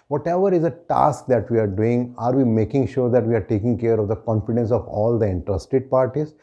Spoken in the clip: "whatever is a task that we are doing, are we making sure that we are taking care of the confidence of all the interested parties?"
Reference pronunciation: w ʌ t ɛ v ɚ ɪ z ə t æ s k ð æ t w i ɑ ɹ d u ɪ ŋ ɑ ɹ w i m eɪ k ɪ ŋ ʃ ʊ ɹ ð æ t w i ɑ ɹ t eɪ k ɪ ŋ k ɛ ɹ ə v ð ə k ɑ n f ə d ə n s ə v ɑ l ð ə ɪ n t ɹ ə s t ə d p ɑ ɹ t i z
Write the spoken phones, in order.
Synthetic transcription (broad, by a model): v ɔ t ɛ v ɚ ɪ z ə t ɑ s k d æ t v i ɑ ɹ d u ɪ ŋ ɑ ɹ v i m eɪ k ɪ ŋ ʃ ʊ ɹ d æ t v i ɑ ɹ t eɪ k ɪ ŋ k ɛ ɹ ə v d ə k ɑ n f ə d ə n s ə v ɑ l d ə ɪ n t ɹ ə s t ə d p ɑ ɹ t i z